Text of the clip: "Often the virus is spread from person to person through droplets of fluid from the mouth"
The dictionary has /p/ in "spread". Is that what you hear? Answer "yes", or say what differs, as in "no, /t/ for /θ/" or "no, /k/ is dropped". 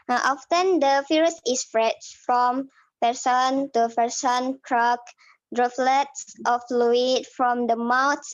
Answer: no, /f/ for /p/